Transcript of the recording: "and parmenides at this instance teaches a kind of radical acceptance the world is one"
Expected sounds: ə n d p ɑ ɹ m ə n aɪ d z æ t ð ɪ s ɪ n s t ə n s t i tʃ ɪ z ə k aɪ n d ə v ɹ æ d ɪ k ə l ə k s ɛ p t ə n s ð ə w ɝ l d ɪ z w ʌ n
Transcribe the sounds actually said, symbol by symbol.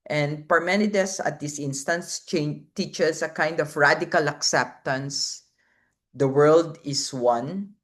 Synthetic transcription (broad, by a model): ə n d p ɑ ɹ m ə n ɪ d s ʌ t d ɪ s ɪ n s t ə n s t i tʃ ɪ s ə k aɪ n d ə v ɹ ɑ d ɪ k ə l ə k s ɛ p t ə n s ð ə w ɝ l d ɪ s w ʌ n